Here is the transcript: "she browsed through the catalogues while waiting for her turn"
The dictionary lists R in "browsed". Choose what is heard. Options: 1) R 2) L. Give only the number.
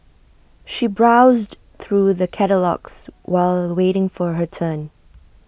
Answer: 1